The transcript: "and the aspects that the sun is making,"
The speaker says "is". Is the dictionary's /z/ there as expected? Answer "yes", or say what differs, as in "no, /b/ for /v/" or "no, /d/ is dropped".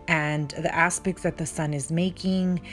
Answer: yes